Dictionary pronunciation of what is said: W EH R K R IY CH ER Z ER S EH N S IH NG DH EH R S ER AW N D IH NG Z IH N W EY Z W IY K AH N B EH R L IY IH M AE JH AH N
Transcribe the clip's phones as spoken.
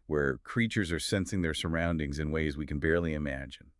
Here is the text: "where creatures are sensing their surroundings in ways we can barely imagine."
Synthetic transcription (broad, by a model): W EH R K R IY CH ER Z ER S EH N S IH NG DH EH R S ER AW N D IH NG Z IH N W EY Z W IY K N B EH R L IY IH M AE JH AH N